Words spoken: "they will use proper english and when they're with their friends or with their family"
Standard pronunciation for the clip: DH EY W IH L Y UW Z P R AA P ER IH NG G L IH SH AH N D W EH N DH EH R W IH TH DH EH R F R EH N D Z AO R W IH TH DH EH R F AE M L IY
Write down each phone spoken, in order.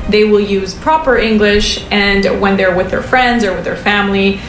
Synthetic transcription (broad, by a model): DH EY W IH L Y UW Z P R AA P ER IH NG G L IH SH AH N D W EH N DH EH R W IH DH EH R F R EH N D Z AO R W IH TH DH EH R F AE M L IY